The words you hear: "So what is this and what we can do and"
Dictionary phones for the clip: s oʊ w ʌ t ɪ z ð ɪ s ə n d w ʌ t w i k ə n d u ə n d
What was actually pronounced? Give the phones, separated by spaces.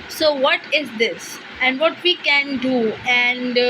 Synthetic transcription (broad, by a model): s oʊ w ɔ t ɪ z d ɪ s ə n d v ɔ t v i k ə n d u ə n d